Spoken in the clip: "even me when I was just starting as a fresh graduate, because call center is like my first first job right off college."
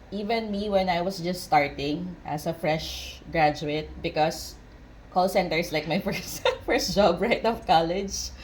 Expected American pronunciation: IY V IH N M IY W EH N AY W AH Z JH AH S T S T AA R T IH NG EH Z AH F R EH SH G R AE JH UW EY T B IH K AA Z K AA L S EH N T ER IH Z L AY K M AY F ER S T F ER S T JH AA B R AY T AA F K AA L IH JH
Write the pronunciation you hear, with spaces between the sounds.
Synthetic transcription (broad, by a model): IY V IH N M IY W EH N AY W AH S JH AH S T S T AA R T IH NG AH S AH F R EH SH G R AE JH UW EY T B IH K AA S K AA L S EH N T ER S L AY K M AY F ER S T F ER S T JH AA B R AY T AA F K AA L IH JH